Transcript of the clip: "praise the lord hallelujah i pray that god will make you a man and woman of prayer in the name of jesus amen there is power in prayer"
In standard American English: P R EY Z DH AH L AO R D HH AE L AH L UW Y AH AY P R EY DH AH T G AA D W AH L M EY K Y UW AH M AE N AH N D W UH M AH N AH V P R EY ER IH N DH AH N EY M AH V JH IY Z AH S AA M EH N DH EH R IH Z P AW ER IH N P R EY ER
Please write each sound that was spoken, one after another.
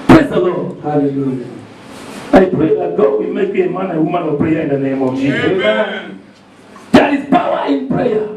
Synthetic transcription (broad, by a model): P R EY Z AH L AO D HH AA L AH L UW Y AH AY P R EY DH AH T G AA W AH M EY K AH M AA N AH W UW M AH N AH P R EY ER IH N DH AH N EY M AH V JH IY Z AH AA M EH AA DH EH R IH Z P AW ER IH N P R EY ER